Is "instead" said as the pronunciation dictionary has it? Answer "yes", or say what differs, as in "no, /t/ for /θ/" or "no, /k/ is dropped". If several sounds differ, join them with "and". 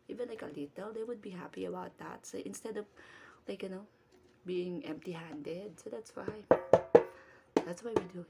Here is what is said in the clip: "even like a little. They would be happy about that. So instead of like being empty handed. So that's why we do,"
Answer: yes